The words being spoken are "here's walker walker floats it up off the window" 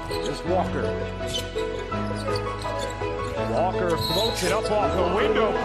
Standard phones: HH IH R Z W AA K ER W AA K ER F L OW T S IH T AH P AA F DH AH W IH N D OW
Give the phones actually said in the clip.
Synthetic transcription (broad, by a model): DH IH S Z W AA K ER W AA K ER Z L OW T IH T AH P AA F DH AH W IH N D OW